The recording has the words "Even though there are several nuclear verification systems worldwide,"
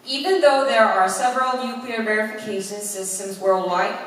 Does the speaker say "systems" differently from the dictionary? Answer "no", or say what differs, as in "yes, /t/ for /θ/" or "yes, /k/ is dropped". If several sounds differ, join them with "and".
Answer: no